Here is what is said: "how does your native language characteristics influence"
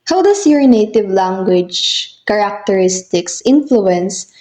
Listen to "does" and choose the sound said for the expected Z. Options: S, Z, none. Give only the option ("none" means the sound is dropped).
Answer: S